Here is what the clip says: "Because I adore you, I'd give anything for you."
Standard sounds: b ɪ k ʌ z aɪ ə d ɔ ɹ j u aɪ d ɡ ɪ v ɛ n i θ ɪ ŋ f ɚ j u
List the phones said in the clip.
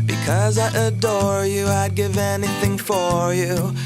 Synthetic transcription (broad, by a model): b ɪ k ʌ z aɪ ə d ɔ ɹ j u aɪ d ɡ ɪ v ɛ n i θ ɪ ŋ f ɚ j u